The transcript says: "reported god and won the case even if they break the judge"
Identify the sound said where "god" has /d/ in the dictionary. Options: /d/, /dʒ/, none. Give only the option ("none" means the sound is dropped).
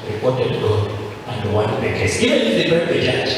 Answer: none